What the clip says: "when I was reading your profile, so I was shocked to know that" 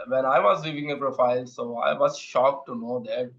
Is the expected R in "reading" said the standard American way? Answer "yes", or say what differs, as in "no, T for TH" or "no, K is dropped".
no, L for R